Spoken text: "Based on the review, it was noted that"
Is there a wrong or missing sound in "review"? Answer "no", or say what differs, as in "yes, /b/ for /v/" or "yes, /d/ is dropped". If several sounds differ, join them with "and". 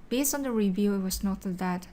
no